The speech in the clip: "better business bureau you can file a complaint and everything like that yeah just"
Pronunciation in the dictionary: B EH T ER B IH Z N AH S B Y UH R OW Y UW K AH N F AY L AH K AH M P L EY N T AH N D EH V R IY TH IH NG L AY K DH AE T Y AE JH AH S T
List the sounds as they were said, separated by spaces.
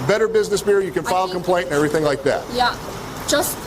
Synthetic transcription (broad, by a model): B EH T ER B IH Z N AH S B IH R Y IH K AH N F AY L K AH M P L EY N T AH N EH V R IY TH IH NG L AY K DH AE T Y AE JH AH S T